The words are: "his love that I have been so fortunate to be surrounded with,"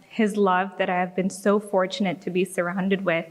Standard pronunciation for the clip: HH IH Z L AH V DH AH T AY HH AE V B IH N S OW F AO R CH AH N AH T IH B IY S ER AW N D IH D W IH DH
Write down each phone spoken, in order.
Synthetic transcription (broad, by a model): HH IH Z L AH V DH AH T AY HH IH V B IH N S OW F AO R CH AH N AH T IH B IY S ER AW N D IH D W IH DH